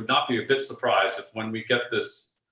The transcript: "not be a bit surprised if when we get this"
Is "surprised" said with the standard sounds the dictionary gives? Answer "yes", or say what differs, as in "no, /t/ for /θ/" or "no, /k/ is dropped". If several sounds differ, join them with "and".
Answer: yes